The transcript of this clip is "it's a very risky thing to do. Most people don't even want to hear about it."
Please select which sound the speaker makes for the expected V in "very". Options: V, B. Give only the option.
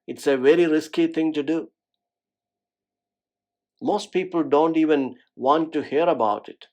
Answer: V